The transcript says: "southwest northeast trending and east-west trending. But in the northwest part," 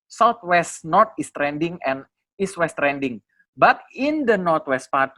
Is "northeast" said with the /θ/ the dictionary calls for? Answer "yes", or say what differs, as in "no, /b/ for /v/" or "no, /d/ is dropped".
no, /t/ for /θ/